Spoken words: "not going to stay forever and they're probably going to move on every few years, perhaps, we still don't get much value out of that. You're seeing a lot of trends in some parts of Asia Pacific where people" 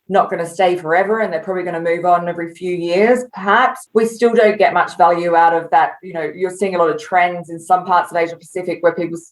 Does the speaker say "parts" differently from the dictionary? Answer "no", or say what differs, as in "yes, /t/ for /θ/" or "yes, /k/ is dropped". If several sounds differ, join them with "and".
no